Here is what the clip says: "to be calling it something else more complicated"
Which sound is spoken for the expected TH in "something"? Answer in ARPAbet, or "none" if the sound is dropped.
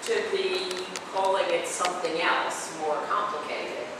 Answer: TH